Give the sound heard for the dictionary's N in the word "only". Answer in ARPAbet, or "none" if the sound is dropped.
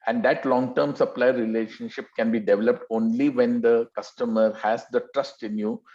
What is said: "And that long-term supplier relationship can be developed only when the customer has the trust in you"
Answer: N